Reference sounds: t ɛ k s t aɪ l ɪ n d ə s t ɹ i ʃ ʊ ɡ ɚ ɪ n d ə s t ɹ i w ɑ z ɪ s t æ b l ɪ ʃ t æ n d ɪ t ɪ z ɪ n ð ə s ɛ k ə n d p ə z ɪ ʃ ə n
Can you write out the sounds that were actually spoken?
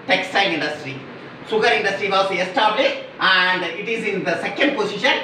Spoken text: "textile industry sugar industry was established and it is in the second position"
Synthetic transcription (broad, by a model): t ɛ k s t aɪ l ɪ n d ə s t ɹ i s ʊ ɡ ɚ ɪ n d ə s t ɹ i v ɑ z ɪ s t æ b l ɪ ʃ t æ n d ɪ t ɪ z ɪ n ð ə s ɛ k ə n d p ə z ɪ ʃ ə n